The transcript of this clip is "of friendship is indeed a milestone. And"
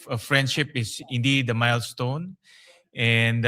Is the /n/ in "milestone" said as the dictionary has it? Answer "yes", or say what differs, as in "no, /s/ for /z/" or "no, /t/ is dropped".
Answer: yes